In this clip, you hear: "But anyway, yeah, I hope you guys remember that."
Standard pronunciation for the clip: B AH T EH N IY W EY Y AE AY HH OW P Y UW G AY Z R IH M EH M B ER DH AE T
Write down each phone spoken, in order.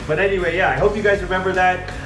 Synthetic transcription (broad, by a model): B AH T EH N IY W EY Y AE AY HH OW P Y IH G AY Z R IH M EH M B ER DH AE T